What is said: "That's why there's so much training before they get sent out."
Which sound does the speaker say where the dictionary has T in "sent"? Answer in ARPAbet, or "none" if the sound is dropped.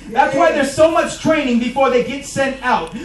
T